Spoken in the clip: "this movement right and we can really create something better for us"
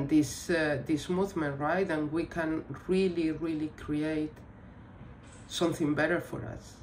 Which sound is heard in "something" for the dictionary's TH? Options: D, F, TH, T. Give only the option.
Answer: TH